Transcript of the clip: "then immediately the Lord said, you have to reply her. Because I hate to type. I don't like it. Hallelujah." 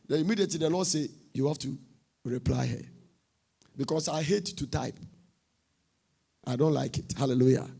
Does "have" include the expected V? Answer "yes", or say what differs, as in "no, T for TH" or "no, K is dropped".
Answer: no, F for V